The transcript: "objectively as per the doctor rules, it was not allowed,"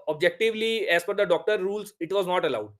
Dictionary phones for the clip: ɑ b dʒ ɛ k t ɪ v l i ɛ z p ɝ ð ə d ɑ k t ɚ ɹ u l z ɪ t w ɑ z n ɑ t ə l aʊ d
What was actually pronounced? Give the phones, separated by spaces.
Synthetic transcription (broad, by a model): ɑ b dʒ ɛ k t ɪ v l i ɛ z f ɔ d ə d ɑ k t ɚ ɹ u l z ɪ t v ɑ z n ɑ t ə l aʊ d